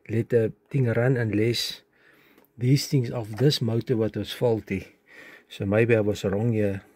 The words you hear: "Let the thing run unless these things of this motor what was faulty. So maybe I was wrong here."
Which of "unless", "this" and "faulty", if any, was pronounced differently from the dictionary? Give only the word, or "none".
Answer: none